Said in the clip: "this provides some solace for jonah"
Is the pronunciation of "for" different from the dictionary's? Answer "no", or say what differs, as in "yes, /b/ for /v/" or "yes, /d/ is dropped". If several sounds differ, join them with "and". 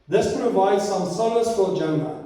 yes, /l/ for /ɹ/